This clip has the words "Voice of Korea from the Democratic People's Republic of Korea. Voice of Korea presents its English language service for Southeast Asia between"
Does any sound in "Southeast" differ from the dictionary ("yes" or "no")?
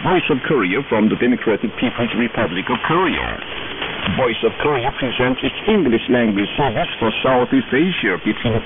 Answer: yes